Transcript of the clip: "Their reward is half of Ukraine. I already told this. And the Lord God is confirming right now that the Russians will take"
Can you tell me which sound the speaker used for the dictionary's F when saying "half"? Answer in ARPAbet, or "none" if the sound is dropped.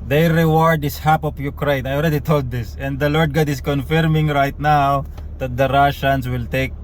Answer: P